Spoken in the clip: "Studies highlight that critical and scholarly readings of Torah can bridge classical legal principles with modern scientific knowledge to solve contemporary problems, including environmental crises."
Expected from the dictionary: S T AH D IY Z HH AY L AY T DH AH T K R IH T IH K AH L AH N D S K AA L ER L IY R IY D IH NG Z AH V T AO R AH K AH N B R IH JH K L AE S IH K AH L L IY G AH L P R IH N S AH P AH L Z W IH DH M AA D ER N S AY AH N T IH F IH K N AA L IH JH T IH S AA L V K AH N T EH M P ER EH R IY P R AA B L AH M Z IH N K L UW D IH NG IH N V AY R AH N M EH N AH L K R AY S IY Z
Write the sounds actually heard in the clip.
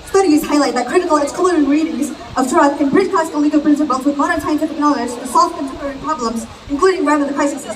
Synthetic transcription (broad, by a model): S T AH D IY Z HH AY L AY T DH AH T K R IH T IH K L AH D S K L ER IY R IY D IH NG Z AH V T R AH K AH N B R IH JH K AE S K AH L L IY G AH P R IH N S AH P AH L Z W IH DH M AA D ER N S AY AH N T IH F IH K N AA L IH JH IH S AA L F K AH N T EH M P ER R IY P R AA B L AH M Z IH N K L UW D IH NG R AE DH AH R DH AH K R AY S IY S